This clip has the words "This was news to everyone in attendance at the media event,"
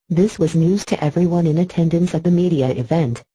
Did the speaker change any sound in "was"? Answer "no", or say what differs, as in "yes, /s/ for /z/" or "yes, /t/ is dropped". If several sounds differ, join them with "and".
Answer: no